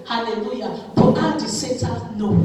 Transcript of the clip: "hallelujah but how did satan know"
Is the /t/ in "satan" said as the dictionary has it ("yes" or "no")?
no